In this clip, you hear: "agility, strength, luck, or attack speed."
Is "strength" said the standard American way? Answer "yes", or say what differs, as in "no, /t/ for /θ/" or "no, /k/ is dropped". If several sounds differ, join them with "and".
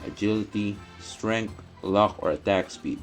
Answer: no, /t/ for /θ/